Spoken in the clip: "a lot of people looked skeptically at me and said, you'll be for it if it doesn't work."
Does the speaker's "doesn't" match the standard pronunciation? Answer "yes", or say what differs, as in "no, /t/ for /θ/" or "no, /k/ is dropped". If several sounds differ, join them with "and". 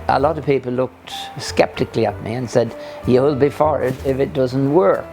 yes